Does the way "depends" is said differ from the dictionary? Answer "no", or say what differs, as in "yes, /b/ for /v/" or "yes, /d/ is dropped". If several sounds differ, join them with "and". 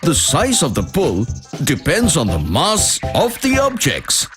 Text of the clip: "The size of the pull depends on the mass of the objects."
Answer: no